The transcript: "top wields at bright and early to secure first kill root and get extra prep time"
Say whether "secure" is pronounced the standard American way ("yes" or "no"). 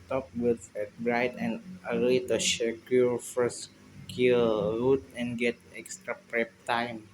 no